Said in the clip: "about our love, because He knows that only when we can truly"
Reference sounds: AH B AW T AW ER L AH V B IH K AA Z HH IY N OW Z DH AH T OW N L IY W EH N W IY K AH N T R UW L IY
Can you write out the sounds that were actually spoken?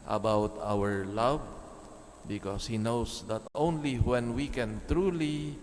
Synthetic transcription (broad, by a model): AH B AW T AW ER L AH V B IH K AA S HH IY N OW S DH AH T OW N L IY W EH N W IY K AH N T R UW L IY